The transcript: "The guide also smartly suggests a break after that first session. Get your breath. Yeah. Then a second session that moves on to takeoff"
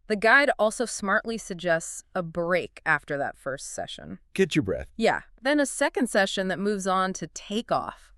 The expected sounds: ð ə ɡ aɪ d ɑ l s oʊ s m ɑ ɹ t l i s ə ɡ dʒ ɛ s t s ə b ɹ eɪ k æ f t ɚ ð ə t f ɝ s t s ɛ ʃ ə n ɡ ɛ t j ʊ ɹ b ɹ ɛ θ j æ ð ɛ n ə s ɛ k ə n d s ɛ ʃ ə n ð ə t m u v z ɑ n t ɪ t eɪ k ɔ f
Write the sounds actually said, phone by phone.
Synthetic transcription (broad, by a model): ð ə ɡ aɪ d ɑ l s oʊ s m ɑ ɹ t l i s ə ɡ dʒ ɛ s t s ə b ɹ eɪ k æ f t ɚ ð ə t f ɝ s t s ɛ ʃ ə n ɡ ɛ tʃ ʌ ɹ b ɹ ɛ θ j æ ð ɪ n ə s ɛ k ə n d s ɛ ʃ ə n ð ə t m u v z n t ɪ t eɪ k ɔ f